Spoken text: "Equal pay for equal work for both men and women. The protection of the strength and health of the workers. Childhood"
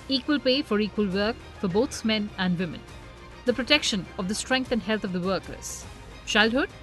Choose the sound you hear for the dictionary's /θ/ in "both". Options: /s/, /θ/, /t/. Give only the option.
/s/